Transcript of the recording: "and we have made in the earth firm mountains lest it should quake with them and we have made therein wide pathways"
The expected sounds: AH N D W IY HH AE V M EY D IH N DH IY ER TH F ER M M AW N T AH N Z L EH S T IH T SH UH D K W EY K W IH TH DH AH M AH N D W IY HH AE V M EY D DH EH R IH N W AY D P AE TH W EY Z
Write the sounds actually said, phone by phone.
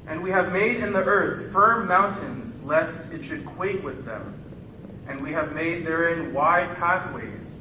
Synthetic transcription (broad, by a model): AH N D W IY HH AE V M EY D IH N DH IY ER TH F ER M M AW N T AH N Z L EH S T IH T SH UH D K W EY K W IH DH AH M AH N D W IY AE V M EY D DH EH R IH N W AY D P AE TH W EY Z